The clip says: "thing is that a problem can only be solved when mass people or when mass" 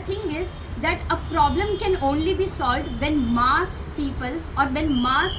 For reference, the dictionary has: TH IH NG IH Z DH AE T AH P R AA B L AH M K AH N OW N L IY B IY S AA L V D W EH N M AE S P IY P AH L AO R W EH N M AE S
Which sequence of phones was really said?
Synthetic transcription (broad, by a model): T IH NG IH Z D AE T AH P R AA B L AH M K AH N OW N L IY B IY S AA L V D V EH N M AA S P IY P AH L AO R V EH N M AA S